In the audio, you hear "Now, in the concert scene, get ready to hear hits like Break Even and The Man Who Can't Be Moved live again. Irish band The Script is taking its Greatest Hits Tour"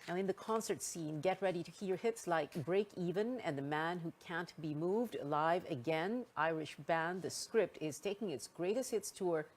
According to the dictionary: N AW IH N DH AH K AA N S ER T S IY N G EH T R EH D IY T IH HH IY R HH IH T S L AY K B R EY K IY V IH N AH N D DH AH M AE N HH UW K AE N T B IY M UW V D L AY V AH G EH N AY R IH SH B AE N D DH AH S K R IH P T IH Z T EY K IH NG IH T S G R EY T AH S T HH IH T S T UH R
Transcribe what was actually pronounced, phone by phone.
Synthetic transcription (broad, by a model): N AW IH N DH AH K AA N S ER T S IY N G EH T R EH D IY T IH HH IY R HH IH T S L AY K B R EY K IY V IH N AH N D DH AH M AE N HH UW K AE N T B IY M UW V D L AY V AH G EH N AY R IH SH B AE N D DH AH S K R IH P T IH Z T EY K IH NG IH T S G R EY T AH S T HH IH T S T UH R